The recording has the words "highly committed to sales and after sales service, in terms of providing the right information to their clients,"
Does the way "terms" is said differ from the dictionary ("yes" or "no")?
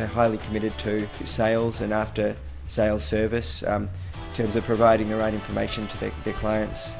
no